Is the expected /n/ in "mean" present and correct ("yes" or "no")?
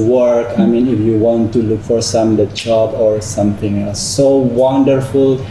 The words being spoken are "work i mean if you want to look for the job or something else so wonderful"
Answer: yes